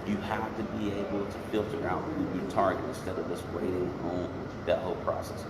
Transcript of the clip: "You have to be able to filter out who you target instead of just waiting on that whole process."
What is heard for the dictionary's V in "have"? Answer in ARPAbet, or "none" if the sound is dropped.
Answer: F